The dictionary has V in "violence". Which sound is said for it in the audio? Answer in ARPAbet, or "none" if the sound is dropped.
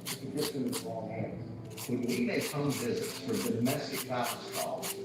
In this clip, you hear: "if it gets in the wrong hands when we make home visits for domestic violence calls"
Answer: F